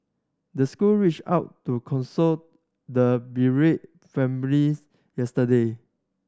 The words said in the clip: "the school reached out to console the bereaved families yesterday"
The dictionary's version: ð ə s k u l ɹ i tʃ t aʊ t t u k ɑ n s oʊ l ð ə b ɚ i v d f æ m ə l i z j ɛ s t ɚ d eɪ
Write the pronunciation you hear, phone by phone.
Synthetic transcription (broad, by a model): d ə s k u l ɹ i tʃ aʊ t t u k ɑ n s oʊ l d ə b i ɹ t f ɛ m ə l i s j ɛ s t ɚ d eɪ